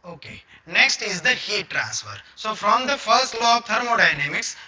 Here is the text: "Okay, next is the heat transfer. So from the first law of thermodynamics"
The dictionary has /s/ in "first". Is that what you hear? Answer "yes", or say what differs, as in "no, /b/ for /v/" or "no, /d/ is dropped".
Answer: yes